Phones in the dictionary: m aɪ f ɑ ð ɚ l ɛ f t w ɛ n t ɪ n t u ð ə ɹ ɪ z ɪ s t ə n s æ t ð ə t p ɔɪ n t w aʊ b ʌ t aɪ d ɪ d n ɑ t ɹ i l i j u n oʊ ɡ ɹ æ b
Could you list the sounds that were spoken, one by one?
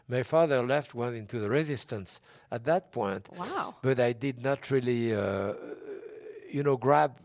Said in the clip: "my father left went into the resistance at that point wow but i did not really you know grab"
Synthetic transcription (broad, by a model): m aɪ f ɑ ð ɚ l ɛ f t w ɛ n ɪ n t u ð ə ɹ ɪ z ɪ s t ə n s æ t ð ə t p ɔɪ n t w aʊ b ʌ t aɪ d ɪ d n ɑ t ɹ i l i j u n oʊ ɡ ɹ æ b